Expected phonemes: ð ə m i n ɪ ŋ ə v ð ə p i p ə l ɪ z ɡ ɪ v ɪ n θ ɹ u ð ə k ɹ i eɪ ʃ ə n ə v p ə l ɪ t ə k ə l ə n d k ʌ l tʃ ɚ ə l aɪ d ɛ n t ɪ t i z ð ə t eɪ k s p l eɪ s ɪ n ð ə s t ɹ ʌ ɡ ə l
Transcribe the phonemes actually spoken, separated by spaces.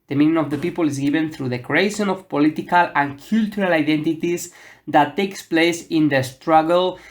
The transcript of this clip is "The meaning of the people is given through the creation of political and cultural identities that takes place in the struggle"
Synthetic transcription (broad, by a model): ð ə m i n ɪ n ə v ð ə p i p ə l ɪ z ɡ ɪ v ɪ n θ ɹ u ð ə k ɹ i eɪ ʃ ə n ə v p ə l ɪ t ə k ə l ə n k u l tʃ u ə l aɪ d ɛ n t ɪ t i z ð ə t eɪ k s p l eɪ s ɪ n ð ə s t ɹ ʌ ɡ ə l